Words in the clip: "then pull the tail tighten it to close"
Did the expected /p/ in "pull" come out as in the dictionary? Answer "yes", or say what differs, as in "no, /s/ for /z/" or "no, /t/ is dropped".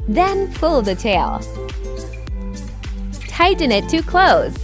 no, /f/ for /p/